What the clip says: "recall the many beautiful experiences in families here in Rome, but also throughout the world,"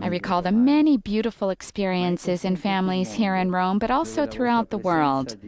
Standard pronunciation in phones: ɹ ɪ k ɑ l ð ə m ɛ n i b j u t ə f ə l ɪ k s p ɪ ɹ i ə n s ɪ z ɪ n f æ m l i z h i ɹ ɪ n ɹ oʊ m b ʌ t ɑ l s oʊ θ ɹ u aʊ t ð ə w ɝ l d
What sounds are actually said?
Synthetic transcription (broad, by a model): ɹ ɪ k ɑ l ð ə m ɛ n i b j u t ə f l ɪ k s p ɪ ɹ i ə n s ɪ z ɪ n f æ m l i z h i ɹ ɪ n ɹ oʊ m b ʌ t ɑ l s oʊ θ ɹ u aʊ t ð ə w ɝ l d